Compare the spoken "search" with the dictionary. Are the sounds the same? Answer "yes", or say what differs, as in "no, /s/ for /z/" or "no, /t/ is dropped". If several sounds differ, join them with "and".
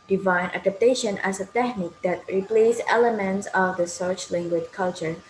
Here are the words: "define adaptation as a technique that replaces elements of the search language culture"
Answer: yes